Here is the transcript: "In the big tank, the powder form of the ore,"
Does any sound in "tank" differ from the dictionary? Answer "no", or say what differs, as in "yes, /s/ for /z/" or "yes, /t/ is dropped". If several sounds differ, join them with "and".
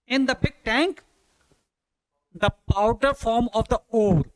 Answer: no